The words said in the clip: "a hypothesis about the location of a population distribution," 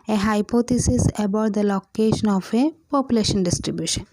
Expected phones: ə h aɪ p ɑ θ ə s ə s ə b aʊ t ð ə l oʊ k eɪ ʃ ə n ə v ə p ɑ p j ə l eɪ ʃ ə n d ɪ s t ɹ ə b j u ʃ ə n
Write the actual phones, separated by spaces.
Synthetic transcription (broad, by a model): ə h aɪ p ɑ t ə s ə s ə b aʊ t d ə l oʊ k eɪ ʃ ə n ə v ə p ɑ p j ə l eɪ ʃ ə n d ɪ s t ɹ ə b j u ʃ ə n